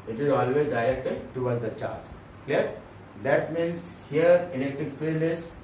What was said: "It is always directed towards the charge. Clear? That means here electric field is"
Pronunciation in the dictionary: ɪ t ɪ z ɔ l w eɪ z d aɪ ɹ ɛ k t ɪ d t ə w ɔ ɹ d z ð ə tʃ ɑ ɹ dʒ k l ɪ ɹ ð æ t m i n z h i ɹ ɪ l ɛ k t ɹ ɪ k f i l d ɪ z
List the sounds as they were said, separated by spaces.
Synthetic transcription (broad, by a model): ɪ t ɪ z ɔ l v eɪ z d aɪ ɹ ɛ k t ɪ d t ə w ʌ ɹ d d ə tʃ ɑ ɹ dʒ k l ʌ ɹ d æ t m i n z h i ɹ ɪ n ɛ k t ɪ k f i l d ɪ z